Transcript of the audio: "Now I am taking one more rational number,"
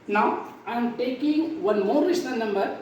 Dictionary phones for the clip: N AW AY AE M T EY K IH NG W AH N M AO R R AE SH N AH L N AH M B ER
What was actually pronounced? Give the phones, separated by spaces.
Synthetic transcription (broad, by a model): N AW AY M T EY K IH NG W AH N M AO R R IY S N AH N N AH M B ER